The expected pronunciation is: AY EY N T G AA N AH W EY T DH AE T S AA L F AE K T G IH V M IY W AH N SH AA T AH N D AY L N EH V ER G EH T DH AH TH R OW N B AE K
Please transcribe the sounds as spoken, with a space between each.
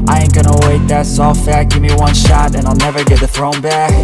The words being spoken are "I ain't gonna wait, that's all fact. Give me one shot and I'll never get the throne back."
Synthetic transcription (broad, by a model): AY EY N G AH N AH W EY T DH AE T S AA L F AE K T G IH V M IY W AH N SH AA T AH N AY L N EH V ER G EH T DH AH TH R OW N B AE K